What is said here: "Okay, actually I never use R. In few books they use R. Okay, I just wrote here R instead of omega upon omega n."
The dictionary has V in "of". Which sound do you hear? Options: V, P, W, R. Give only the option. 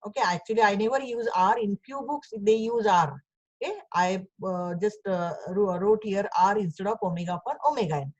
P